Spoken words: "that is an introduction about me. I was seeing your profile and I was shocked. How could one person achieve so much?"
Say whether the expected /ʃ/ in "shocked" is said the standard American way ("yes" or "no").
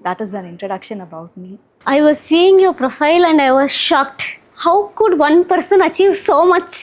yes